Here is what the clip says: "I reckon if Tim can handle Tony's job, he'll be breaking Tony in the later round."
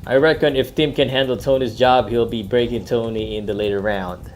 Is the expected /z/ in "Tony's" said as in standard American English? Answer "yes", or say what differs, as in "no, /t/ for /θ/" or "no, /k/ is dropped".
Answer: yes